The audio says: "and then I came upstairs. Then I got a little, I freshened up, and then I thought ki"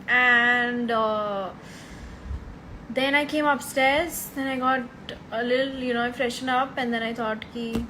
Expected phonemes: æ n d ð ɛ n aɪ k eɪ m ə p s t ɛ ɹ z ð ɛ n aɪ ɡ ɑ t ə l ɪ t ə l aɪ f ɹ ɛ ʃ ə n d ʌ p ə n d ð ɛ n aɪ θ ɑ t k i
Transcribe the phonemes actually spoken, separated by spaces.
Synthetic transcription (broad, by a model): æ n d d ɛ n aɪ k eɪ m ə p s t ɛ ɹ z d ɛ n aɪ ɡ ɑ t ə l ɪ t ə n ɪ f ɹ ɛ ʃ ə n ʌ p ə n d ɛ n aɪ t ɑ t k i